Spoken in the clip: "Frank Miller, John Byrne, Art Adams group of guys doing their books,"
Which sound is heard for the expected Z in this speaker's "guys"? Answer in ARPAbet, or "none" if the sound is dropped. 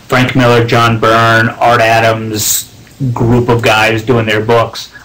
Z